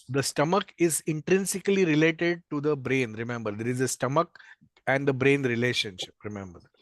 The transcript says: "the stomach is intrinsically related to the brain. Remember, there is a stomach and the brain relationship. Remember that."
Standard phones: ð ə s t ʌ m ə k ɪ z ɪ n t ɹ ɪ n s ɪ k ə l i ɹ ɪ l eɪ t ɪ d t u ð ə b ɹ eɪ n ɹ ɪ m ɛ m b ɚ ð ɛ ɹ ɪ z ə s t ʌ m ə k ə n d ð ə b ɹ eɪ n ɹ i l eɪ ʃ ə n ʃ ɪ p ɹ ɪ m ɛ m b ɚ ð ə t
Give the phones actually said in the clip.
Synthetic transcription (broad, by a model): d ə s t ʌ m ə k ɪ z ɪ n t ɹ ɪ n s ɪ k ə l i ɹ ɪ l eɪ t ɪ d t u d ə b ɹ eɪ n ɹ ɪ m ɛ m b ɚ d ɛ ɹ ɪ z ə s t ʌ m ə k ə n d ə b ɹ eɪ n ɹ i l eɪ ʃ ə n ʃ ɪ p ɹ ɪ m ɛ m b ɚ ə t